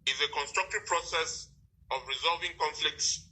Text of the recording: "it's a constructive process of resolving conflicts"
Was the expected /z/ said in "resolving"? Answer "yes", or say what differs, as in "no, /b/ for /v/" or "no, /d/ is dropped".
yes